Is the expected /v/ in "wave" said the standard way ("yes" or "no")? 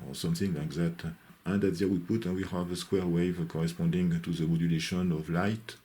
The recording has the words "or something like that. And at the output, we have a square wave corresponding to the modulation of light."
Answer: yes